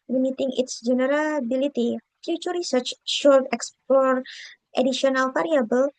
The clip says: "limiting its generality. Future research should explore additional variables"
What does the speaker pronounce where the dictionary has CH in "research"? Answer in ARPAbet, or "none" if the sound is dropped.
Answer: CH